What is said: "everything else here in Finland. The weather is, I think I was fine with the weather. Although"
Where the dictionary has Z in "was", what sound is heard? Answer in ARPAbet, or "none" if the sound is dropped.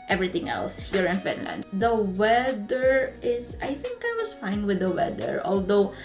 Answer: S